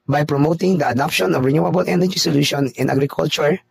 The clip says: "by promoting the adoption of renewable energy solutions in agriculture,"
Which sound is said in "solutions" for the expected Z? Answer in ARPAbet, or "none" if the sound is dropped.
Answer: none